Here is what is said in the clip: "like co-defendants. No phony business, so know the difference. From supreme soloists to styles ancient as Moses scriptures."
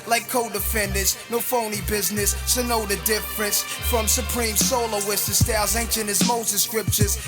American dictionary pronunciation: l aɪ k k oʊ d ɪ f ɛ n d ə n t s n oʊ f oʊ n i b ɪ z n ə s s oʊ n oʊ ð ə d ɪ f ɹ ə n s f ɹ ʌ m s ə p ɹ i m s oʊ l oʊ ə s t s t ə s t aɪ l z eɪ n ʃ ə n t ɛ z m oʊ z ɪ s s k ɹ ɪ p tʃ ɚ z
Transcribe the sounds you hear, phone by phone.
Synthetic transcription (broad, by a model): l aɪ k k oʊ d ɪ f ɛ n d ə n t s n oʊ f oʊ n i b ɪ z n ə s s oʊ n oʊ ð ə d ɪ f ɹ ə n s f ɹ ʌ m s ə p ɹ i m s oʊ l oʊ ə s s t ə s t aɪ z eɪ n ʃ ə n ɪ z m oʊ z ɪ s s k ɹ ɪ p tʃ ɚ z